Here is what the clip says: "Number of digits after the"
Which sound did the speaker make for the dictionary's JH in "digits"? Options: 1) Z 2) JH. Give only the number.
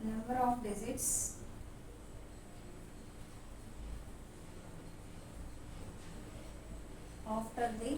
1